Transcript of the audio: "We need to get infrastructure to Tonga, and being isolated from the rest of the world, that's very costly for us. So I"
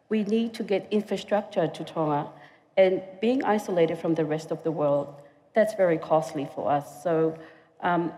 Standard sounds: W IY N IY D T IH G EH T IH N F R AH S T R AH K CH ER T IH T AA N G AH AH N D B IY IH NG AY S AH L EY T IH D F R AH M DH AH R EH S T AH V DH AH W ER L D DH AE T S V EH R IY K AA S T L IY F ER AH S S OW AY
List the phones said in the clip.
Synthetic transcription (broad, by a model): W IY N IY D T IH G EH T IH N F R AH S T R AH K CH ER T IH T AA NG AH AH N B IY IH NG AY S AH L EY T IH D F R AH M DH AH R EH S T AH V DH AH W ER L D DH AE T S V EH R IY K AA S T L IY F ER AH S S OW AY